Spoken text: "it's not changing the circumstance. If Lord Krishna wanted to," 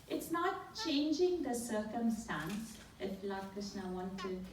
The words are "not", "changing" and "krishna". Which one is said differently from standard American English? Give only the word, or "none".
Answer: krishna